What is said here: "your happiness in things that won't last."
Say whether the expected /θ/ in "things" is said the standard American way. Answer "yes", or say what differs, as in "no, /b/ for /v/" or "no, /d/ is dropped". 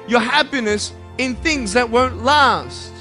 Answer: yes